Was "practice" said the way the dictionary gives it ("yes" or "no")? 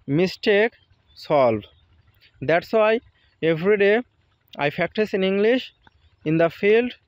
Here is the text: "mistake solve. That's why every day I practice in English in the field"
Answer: no